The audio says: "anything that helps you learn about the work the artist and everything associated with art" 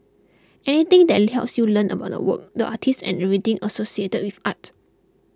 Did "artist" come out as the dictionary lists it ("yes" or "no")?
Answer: no